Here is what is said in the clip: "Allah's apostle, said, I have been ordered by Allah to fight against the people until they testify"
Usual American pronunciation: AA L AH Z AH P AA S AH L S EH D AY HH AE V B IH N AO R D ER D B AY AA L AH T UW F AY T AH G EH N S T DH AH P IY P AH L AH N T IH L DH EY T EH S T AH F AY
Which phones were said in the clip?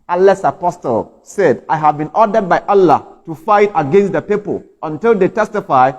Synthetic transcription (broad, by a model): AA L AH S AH P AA S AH L S EH D AY HH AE V B IH N AO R D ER D B AY AA L AH T UW F AY T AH G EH N S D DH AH P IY P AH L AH N T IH L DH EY T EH S T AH F AY